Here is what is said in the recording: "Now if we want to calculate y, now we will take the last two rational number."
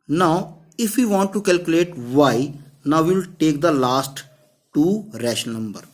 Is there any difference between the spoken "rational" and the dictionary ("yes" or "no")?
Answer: yes